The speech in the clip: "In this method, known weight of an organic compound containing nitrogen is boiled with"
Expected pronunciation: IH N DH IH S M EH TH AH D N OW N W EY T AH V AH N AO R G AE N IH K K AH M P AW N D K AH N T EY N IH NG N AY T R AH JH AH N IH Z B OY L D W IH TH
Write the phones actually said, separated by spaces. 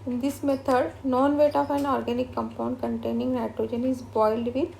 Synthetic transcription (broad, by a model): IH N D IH S M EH T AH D N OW N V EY T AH F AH N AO R G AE N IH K K AH M P AW N D K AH N T EY N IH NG N AY T R AH JH AH N IH Z B OY L D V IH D